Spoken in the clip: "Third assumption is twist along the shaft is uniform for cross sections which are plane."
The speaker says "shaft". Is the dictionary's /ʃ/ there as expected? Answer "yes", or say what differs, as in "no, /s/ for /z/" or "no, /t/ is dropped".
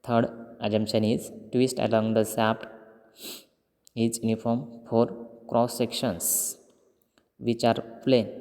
no, /s/ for /ʃ/